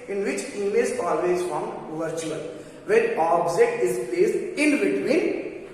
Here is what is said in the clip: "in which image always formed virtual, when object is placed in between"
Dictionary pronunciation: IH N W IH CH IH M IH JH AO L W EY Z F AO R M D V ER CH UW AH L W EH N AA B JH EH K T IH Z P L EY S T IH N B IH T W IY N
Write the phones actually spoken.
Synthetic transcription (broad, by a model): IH N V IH CH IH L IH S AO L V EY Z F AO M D V ER CH UW AH L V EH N AA B JH EH K T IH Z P L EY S IH N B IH T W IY N